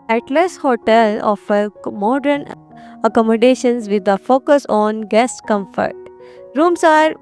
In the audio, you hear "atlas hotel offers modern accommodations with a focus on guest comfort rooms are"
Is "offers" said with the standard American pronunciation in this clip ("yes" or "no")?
no